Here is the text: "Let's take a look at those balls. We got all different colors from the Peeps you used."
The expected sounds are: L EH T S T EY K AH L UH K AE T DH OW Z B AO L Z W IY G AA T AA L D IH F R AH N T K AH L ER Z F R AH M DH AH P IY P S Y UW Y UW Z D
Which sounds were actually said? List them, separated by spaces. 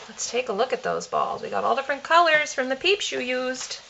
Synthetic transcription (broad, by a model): L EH T S T EY K AH L UH K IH T DH OW Z B AO L Z W IY G AA T AA L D IH F R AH N K AH L ER Z F R AH M DH AH P IY P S Y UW Y UW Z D